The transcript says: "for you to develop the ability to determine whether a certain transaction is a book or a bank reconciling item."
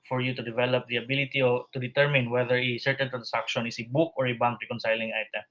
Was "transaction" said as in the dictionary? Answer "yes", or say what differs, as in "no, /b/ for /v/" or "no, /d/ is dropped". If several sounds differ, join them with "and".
no, /s/ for /z/